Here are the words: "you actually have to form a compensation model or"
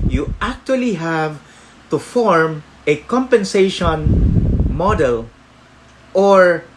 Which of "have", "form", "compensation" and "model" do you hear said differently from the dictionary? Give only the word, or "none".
none